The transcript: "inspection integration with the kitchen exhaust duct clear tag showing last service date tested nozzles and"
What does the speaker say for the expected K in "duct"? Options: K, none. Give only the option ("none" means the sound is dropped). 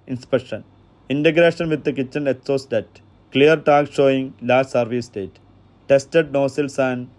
none